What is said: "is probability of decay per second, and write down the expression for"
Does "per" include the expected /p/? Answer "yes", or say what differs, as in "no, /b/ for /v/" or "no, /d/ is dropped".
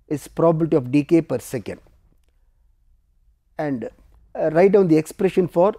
yes